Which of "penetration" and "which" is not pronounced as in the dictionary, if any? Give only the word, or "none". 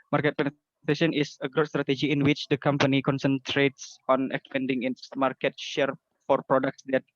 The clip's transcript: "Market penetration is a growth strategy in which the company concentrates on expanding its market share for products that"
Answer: penetration